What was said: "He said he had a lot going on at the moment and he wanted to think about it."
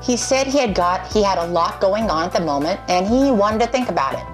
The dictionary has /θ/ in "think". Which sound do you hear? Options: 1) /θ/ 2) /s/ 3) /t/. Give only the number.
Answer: 1